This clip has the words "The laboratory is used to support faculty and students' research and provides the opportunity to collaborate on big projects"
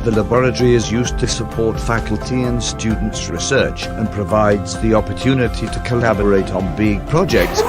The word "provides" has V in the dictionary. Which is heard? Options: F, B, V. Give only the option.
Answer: V